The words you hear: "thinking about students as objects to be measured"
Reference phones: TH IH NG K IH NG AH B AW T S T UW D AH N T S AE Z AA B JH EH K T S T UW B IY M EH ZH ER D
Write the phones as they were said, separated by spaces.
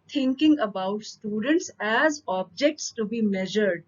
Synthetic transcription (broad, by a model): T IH NG K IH NG AH B AW T S T UW D AH N T S AE Z AA B JH EH K T S T UW B IY M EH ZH ER D